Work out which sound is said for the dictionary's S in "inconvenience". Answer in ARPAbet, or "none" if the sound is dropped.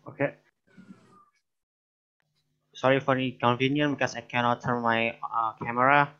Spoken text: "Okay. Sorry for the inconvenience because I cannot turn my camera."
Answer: none